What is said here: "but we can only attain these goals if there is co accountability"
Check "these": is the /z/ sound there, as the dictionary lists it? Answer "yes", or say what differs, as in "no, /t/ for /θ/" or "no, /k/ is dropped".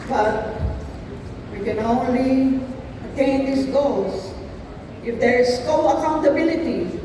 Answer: no, /s/ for /z/